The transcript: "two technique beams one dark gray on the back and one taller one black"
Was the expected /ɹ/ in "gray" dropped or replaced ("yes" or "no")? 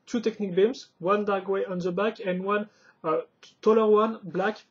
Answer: yes